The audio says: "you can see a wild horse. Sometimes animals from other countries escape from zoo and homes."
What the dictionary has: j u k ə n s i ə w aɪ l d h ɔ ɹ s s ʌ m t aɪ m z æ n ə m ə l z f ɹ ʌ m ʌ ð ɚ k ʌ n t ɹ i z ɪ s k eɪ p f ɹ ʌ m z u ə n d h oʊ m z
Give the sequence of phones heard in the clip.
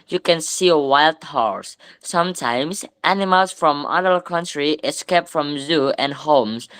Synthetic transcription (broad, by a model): j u k ə n s i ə w aɪ l d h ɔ ɹ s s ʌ m t aɪ m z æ n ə m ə l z f ɹ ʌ m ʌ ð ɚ k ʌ n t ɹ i ɪ s k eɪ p f ɹ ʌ m z u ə n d h oʊ m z